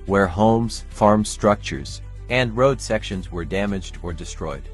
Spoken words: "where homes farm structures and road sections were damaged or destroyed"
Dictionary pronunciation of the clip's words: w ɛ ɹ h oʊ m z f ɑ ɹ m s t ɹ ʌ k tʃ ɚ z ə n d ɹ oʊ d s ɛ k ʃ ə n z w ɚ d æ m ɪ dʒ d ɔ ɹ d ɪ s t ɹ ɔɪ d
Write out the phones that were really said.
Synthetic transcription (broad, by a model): w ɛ ɹ h oʊ m z f ɑ ɹ m s t ɹ ʌ k tʃ ɚ z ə n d ɹ oʊ d s ɛ k ʃ ə n z w ɚ d æ m ɪ dʒ d ɔ ɹ d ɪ s t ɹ ɔɪ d